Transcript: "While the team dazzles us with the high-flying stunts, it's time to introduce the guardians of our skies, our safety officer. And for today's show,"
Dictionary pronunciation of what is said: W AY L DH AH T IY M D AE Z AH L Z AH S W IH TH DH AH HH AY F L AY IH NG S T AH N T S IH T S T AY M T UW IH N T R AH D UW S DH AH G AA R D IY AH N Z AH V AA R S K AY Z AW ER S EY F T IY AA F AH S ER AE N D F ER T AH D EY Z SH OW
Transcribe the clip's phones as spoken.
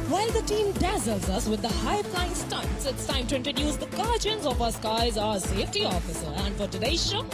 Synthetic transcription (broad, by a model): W AY L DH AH T IY M D AE Z AH L Z AH S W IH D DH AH HH AY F L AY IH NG S T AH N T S IH T S T AY M T UW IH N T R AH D UW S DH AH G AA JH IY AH N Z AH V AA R S K AY Z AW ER S EY F T IY AA F AH S ER AE N D F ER T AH D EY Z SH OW